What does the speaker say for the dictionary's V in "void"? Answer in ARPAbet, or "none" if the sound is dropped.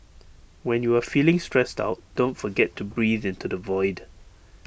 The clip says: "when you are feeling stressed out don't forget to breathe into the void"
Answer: V